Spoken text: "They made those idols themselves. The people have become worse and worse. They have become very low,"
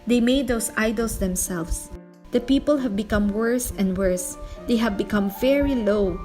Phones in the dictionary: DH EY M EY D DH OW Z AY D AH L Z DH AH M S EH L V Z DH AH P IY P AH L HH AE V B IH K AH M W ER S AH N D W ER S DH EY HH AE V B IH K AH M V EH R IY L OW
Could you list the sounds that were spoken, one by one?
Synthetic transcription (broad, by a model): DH EY M EY D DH OW S AY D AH L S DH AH M S EH L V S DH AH P IY P AH L HH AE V B IH K AH M W ER S AH N D W ER S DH EY HH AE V B IH K AH M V EH R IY L OW